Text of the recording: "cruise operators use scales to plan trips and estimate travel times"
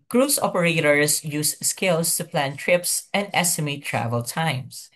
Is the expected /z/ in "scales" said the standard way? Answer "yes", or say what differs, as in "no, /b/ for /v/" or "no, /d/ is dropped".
no, /s/ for /z/